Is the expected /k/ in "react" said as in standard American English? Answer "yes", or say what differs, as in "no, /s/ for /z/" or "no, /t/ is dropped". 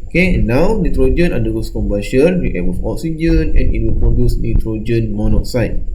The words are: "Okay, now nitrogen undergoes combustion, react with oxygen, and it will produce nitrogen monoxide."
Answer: no, /k/ is dropped